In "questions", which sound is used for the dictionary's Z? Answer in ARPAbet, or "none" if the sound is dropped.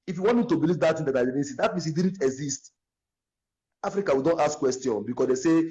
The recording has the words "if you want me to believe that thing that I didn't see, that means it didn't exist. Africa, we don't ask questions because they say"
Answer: none